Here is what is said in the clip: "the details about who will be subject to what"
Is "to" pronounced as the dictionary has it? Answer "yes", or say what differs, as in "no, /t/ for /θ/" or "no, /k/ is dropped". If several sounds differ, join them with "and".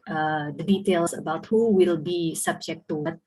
yes